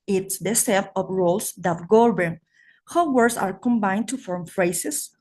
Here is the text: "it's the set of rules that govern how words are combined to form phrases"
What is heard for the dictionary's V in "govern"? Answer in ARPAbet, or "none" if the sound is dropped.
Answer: B